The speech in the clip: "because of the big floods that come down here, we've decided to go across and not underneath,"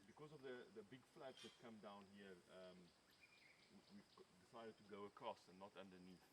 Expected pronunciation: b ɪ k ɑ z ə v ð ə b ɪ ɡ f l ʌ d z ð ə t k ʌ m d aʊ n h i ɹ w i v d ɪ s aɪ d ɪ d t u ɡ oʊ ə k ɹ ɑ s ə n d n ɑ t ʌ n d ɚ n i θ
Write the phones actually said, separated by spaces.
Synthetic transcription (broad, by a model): b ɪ k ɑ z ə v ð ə b ɪ ɡ f l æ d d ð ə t k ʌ m d aʊ n h i w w i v d ɪ s aɪ d ɪ d t u ɡ oʊ ə k ɹ ɑ s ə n n ɑ t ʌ n d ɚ n i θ